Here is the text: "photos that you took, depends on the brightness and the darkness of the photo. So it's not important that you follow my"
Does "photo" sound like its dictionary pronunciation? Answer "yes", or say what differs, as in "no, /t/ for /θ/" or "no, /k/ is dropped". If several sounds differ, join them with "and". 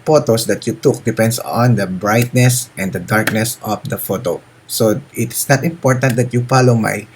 yes